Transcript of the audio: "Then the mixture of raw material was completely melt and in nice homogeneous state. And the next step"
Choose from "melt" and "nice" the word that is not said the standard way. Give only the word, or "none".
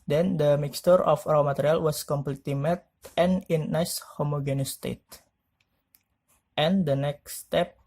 melt